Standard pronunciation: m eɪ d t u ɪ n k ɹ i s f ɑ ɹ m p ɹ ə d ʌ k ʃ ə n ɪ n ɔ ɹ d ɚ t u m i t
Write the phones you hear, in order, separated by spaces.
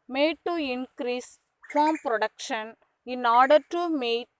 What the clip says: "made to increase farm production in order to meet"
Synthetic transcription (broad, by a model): m eɪ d t u ɪ n k ɹ i s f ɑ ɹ m p ɹ ə d ʌ k ʃ ə n ɪ n ɔ ɹ d ɚ t u m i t